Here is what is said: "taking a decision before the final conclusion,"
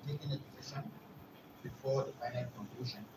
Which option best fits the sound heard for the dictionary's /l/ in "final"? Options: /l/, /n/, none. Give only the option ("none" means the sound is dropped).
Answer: /n/